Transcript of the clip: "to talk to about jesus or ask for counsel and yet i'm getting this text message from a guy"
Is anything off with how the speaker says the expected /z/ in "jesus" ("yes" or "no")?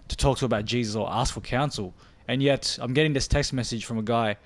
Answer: no